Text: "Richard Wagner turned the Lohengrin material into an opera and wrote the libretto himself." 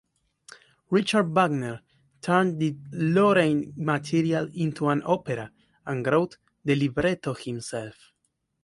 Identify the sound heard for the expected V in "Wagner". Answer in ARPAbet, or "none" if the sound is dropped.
B